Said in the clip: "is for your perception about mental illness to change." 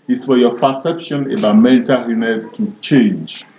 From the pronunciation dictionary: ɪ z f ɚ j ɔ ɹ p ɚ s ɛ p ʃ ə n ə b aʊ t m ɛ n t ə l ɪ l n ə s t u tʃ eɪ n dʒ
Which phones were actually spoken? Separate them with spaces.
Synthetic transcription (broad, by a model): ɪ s f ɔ j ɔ p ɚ s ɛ p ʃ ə n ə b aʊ m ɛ n t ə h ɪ n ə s t u tʃ eɪ n dʒ